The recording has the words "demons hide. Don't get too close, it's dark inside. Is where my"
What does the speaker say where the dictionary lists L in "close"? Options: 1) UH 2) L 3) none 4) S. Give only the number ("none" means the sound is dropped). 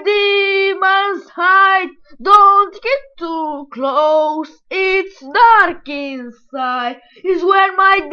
2